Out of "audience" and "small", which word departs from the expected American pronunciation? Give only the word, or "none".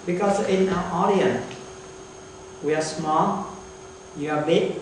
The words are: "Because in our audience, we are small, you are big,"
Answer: audience